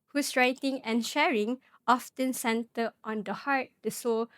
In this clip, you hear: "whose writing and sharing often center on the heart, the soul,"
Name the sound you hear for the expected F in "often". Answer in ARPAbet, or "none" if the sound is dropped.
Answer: F